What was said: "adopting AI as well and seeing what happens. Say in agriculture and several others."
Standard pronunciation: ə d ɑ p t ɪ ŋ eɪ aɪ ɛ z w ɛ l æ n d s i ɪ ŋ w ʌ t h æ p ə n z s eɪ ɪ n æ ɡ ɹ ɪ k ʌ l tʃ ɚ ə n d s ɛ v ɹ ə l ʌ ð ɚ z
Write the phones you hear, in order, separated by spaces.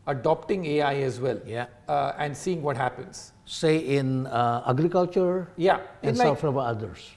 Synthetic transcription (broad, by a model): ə d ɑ p t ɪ ŋ eɪ aɪ ɛ z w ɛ l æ n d s i ɪ ŋ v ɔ t h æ p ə n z s eɪ ɪ n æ ɡ ɹ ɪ k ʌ l tʃ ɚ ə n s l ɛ f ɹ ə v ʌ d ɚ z